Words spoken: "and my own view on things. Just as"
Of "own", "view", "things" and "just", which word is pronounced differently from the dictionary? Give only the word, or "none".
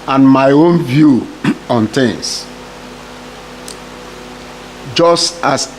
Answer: things